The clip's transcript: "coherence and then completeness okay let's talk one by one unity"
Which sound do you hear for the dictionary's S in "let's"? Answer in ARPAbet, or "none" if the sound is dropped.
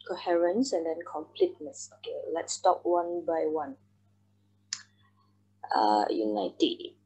S